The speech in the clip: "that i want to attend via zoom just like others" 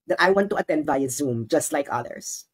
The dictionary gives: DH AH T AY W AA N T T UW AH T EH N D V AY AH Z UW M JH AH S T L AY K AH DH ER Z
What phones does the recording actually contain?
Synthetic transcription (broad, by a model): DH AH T AY W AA N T T UW AH T EH N D B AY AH Z UW M JH AH S T L AY K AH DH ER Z